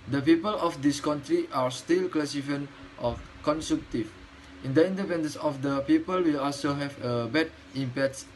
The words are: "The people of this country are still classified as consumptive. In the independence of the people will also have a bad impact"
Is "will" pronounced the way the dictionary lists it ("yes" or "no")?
yes